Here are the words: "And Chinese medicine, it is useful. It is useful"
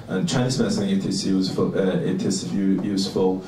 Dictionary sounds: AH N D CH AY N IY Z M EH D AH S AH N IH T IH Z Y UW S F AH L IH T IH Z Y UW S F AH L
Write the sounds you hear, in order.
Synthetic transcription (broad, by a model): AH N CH AY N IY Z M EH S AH IH T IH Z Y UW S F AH IH T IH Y Y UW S F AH L